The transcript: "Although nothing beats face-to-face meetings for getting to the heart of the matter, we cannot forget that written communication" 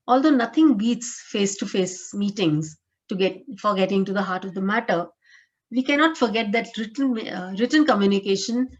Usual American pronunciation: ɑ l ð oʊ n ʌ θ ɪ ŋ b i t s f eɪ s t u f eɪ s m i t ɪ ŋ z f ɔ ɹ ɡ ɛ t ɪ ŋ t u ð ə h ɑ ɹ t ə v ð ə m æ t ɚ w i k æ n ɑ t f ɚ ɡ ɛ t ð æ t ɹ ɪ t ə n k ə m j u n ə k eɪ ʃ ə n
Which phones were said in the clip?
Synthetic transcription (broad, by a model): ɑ l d oʊ n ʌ t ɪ ŋ b i t s f eɪ s t u f eɪ s m i t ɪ ŋ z f ɔ ɹ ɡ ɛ t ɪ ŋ t u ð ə h ɑ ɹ t ə v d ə m æ t ɚ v i k æ n ɑ t f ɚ ɡ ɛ t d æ t ɹ ɪ t ə n k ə m j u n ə k eɪ ʃ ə n